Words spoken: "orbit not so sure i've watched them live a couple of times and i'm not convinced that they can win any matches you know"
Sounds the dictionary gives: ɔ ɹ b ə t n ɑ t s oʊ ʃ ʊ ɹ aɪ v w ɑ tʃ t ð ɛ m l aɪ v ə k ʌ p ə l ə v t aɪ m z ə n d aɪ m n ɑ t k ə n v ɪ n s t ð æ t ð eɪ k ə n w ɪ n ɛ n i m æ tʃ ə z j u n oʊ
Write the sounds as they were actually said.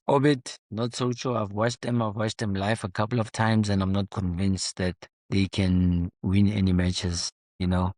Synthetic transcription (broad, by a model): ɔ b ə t n ɑ t s oʊ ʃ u aɪ v w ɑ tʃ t ð ɛ m l aɪ f ə k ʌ p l ə v t aɪ m z ə n d aɪ m n ɑ t k ə n v ɪ n s t ð æ t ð eɪ k ə n w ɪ n ɛ n i m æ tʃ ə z j u n oʊ